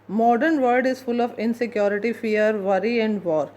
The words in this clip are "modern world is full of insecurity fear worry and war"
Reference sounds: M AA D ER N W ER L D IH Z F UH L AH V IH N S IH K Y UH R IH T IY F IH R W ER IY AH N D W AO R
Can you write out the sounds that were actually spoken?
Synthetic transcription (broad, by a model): M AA D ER N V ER D IH Z F UH L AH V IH N S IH K Y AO R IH T IY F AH R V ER IY AH N D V AO R